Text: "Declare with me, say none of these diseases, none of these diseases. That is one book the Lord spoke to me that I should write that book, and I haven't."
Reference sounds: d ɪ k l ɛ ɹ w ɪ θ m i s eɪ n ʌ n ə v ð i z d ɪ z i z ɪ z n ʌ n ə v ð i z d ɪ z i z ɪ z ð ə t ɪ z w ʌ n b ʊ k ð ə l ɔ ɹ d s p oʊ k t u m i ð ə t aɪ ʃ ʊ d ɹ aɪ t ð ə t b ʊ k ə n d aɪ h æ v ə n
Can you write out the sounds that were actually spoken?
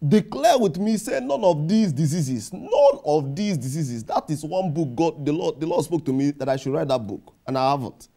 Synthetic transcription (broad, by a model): d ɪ k l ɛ w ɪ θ m i s eɪ n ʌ n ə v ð i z d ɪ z i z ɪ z n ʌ n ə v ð i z d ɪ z i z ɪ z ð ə t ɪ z w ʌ n b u k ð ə l ɔ l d s p oʊ k t u m i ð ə t aɪ ʃ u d ɹ aɪ t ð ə t b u k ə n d aɪ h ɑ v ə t